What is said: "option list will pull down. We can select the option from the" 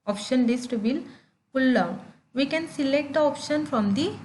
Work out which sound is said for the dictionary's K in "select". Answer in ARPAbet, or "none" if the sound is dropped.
K